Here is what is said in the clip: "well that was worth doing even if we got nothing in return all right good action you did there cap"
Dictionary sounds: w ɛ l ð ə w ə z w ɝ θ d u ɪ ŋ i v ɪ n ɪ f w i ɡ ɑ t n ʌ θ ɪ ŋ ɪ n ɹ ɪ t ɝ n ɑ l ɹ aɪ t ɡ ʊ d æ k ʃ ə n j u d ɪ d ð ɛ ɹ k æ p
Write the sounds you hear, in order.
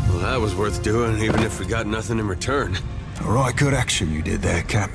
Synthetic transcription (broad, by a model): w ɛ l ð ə w ə z w ɝ θ d u ɪ ŋ i v ɪ n ɪ f w i ɡ ɑ t n ʌ θ ɪ ŋ ɪ n ɹ ɪ t ɝ n ɑ l ɹ aɪ t ɡ ʊ d æ k ʃ ə n j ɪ d ɪ d ð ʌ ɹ k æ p